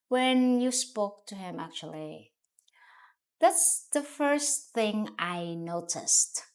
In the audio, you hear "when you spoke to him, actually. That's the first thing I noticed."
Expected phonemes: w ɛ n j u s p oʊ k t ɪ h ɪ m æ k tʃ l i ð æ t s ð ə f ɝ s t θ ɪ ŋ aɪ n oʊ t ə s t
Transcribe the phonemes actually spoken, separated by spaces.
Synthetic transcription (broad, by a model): w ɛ n j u s p oʊ k t ɪ h ɪ m æ k tʃ l i ð æ t s ð ə f ɝ s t θ ɪ ŋ aɪ n oʊ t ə s t